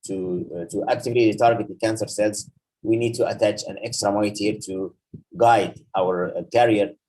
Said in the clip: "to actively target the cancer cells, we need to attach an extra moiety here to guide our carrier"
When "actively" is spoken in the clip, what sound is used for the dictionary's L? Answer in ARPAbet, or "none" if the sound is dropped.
none